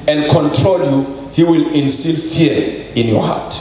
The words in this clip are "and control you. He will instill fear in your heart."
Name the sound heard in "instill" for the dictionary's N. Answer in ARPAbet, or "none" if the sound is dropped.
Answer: L